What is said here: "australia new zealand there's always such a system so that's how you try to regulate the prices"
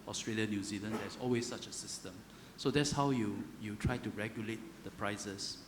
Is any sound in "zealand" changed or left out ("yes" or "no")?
no